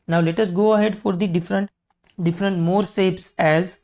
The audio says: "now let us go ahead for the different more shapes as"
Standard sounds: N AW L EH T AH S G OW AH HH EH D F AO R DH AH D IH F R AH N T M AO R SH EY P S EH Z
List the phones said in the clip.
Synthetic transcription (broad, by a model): N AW L EH T AH S G OW AH HH EH D F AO R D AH D IH F R AH N T M AO R S EY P S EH Z